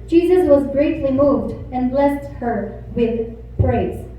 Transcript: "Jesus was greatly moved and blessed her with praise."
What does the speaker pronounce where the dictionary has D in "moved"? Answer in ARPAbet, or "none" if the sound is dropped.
D